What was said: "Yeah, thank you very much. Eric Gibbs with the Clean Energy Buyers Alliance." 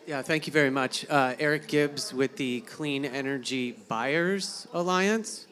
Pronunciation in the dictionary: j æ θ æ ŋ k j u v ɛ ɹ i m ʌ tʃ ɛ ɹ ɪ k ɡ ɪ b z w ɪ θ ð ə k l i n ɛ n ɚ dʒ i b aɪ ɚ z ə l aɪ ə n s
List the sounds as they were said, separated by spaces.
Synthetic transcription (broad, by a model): j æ θ æ ŋ k j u v ɛ ɹ i m ʌ tʃ ɛ ɹ ɪ k ɡ ɪ b z w ɪ ð ə k l i n ɛ n ɚ dʒ i b aɪ ɚ z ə l aɪ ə n s